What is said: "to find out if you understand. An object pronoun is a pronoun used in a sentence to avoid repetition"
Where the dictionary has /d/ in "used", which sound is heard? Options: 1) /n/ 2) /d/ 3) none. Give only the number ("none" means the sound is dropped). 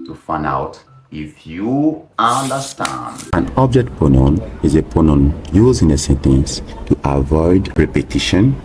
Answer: 3